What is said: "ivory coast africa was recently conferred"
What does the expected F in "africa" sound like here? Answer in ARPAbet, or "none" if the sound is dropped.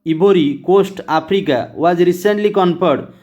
P